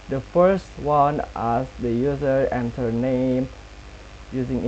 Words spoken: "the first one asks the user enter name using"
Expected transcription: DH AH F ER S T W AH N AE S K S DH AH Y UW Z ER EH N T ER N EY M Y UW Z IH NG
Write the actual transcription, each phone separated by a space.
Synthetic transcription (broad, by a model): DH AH F ER S T W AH N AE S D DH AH Y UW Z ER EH N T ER N EY M Y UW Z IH NG